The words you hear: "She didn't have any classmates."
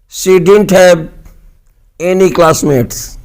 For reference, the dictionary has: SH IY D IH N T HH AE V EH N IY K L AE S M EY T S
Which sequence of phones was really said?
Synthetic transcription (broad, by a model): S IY D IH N T HH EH B EH N IY K L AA S M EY T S